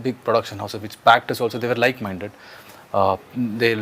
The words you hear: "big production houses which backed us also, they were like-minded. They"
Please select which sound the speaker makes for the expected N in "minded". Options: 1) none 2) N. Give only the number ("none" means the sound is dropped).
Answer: 2